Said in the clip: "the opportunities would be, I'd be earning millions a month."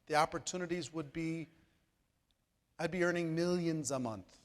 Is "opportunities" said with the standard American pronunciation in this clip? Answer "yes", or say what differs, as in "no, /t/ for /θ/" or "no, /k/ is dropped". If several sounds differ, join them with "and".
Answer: yes